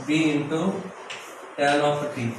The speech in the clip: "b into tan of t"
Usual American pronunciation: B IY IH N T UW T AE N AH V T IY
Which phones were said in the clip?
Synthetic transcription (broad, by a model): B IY IH N T UW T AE L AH F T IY